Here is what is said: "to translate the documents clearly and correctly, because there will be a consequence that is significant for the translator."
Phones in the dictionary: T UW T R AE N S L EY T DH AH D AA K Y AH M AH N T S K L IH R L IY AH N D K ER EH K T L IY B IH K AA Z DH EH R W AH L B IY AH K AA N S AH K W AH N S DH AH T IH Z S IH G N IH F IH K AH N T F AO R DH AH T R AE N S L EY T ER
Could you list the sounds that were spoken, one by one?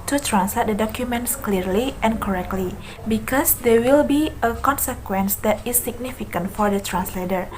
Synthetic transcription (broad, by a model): T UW T R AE N S L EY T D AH D AA K Y AH M AH N T S K L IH R L IY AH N K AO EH K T L IY B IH K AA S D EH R W AH L B IY AH K AA N S AH K W AH N S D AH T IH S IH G N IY F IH K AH N T F AO R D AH T R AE N S L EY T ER